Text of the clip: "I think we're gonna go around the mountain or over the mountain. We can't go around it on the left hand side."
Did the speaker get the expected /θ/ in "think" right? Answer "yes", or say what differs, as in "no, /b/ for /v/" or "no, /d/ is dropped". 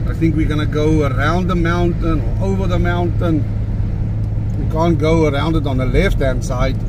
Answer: yes